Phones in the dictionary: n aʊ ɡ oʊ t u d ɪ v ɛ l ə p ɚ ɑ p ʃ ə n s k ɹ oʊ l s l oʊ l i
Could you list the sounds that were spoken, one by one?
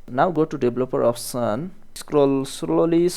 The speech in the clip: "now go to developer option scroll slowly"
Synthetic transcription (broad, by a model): n aʊ ɡ oʊ t u d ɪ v l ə p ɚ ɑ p s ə n s k ɹ oʊ l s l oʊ l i